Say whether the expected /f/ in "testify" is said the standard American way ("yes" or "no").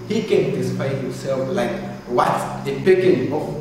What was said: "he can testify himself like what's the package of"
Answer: no